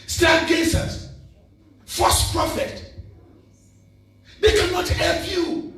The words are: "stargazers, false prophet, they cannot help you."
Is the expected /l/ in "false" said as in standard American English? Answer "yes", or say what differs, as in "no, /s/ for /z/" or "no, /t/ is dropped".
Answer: no, /l/ is dropped